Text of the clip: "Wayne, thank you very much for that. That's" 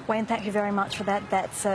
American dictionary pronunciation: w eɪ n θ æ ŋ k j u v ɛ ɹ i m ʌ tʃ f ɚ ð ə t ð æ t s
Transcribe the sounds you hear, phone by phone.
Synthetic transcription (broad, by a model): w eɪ n θ æ ŋ k j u v ɛ ɹ i m ʌ tʃ f ɚ ð ə t ð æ t s